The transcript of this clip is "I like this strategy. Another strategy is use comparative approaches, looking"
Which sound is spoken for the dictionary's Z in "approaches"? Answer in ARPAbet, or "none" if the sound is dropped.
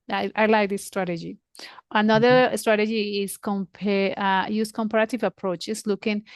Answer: S